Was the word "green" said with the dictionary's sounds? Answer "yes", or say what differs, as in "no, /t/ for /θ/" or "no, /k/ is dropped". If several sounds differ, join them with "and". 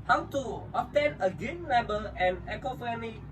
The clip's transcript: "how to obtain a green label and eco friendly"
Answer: no, /ɹ/ is dropped